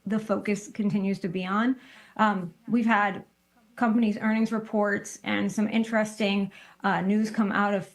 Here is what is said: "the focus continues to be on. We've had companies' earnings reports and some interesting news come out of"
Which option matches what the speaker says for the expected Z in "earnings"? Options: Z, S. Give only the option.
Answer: Z